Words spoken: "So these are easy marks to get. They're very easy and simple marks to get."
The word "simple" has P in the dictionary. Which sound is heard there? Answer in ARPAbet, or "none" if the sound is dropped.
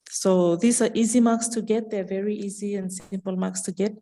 P